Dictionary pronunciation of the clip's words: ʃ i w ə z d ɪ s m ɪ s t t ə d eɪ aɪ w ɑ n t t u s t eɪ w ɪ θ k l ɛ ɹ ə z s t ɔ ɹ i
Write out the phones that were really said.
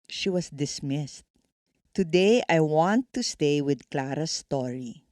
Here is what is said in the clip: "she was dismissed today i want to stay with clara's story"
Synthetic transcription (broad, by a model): ʃ i w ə s d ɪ s m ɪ s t t ə d eɪ aɪ w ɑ n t t u s t eɪ w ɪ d k l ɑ ɹ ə s t ɔ ɹ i